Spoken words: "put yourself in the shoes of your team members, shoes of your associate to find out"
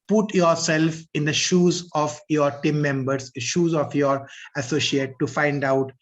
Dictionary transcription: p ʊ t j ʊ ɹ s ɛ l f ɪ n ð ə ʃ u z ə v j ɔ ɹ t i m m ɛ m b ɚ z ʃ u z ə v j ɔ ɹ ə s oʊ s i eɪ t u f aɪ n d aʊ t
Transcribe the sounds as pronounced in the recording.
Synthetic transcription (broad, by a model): p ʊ t j ʊ ɹ s ɛ l f ɪ n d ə ʃ u z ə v j ɔ ɹ t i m m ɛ m b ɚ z ʃ u z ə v j ɔ ɹ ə s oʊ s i eɪ t u f aɪ n d aʊ t